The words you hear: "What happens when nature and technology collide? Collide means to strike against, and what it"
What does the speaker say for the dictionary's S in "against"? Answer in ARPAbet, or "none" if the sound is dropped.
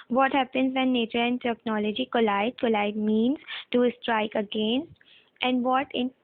none